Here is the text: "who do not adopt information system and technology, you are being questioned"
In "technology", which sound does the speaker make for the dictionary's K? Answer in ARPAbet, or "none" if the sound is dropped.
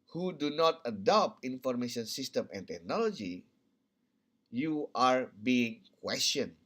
K